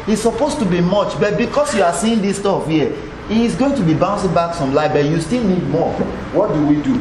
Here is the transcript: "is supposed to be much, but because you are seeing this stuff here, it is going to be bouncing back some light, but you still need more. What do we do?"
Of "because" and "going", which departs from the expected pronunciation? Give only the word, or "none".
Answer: because